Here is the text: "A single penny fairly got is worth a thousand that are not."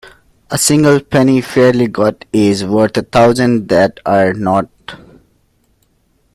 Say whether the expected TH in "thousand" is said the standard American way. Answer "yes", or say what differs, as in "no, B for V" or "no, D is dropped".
no, T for TH